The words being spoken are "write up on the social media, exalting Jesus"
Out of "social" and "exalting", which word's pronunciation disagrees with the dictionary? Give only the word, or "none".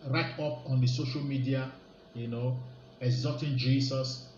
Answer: exalting